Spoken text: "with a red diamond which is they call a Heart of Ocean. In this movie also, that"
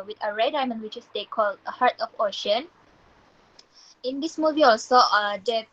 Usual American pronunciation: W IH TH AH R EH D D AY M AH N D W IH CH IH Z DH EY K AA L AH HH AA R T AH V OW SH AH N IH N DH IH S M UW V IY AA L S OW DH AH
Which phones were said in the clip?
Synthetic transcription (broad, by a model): W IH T AH R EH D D AY M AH N W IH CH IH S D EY K AA L AH HH AA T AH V OW SH AH N IH N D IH S M UW V IY AA L S OW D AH